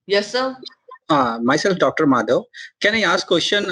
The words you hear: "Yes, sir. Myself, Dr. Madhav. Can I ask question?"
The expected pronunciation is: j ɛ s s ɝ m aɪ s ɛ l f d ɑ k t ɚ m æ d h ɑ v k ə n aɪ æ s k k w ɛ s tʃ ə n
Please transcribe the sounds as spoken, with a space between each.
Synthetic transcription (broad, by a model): j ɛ s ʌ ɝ m aɪ s ɛ l f d ɑ k t ɚ m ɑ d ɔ k ə n aɪ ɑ s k k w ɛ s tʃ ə n